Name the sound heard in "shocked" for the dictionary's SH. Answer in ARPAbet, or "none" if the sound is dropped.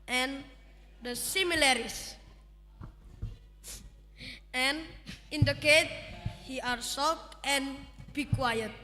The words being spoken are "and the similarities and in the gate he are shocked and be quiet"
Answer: S